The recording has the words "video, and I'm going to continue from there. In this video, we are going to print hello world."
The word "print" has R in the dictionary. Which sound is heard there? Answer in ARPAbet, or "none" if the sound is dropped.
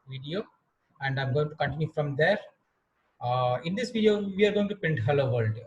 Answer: none